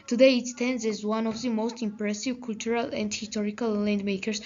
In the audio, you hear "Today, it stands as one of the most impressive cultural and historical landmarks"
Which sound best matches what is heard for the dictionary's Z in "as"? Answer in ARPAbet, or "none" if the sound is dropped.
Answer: Z